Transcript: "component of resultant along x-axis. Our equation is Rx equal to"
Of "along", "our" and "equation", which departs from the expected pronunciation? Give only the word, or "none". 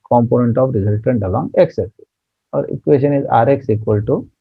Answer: equation